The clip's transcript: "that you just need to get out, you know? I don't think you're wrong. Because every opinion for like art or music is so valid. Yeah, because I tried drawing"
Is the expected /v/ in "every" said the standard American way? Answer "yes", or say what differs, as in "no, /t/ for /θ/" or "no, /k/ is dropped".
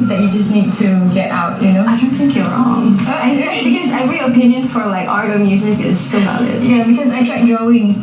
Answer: no, /v/ is dropped